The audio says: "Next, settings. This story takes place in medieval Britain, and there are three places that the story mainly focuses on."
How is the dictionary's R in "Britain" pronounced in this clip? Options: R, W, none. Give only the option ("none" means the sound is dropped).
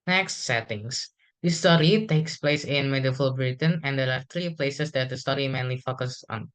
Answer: R